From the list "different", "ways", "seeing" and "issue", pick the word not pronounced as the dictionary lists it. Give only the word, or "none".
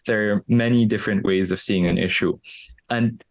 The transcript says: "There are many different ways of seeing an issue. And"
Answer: none